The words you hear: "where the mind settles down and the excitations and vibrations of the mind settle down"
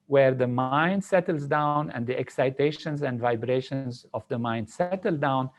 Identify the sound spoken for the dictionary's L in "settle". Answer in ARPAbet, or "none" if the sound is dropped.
L